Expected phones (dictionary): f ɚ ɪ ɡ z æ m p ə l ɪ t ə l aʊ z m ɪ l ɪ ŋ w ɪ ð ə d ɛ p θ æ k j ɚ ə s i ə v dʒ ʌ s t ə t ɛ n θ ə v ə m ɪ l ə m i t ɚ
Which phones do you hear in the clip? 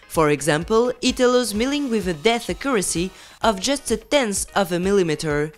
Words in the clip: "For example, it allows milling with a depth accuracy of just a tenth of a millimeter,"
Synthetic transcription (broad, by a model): f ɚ ɪ ɡ z æ m p ə l ɪ t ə l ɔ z m ɪ l ɪ ŋ w ɪ ð ə d ɛ θ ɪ k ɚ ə s i ə v dʒ ʌ s t ə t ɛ n s ə v ə m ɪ l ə m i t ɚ